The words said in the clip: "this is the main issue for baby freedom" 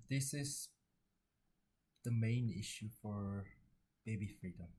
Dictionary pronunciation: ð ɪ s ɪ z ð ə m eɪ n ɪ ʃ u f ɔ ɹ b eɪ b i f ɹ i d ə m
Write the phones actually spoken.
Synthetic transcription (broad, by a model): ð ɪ s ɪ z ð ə m eɪ n ɪ ʃ u f ɔ ɹ b eɪ b i f ɹ i d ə m